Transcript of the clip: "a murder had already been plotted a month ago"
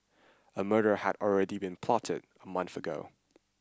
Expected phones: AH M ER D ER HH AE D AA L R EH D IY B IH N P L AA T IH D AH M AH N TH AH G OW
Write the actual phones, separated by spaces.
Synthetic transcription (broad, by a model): AH M ER D ER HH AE D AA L R EH D IY B IH N P L AA T IH D AH M AH N TH AH G OW